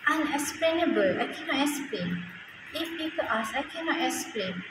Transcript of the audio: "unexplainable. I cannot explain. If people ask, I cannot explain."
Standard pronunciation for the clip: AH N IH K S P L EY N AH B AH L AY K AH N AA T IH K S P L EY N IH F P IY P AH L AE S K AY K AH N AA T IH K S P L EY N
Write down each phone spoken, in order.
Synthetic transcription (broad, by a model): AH N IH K S P L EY N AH B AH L AY K AH N AA T IH K S P L EY N IH F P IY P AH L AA S AY K AH N AA T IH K S P L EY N